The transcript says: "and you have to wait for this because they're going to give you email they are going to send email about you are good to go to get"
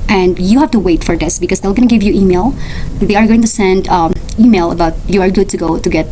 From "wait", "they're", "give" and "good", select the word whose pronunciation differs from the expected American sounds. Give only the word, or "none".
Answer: they're